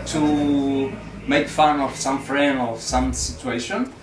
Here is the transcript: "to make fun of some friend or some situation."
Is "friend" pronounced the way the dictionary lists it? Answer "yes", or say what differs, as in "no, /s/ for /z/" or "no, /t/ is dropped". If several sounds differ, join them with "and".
no, /d/ is dropped